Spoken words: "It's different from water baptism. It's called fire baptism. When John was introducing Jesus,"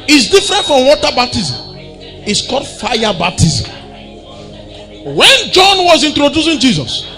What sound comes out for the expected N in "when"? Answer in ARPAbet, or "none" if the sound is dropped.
N